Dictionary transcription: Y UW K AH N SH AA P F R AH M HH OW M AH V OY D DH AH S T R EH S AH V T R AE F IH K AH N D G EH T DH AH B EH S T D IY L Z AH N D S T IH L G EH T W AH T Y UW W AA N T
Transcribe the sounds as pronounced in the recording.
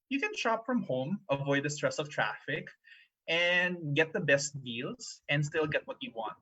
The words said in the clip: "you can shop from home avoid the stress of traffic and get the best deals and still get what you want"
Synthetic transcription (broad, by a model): Y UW K AH N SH AA P F R AH M HH OW M AH V OY D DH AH S T R EH S AH V T R AE F IH K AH N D G EH T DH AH B EH S T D IY L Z AH N D S T IH L G EH T W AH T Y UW W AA N T